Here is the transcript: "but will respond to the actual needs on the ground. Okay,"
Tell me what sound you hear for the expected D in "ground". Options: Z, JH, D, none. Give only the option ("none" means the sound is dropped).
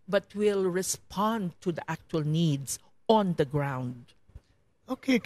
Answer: D